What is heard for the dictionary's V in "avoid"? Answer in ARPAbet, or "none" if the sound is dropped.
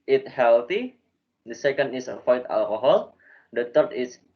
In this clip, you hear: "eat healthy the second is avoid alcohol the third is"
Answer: F